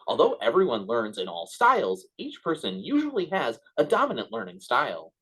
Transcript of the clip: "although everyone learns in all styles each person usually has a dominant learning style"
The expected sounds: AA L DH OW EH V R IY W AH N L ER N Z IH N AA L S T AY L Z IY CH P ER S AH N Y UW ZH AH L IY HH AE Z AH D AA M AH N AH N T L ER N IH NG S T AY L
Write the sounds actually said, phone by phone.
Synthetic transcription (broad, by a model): AA L DH OW EH V R IY W AH N L ER N Z IH N AA L S T AY L Z IY CH P ER S AH N Y UW ZH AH L IY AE Z AH D AA M AH N AH N T L ER N IH NG S T AY L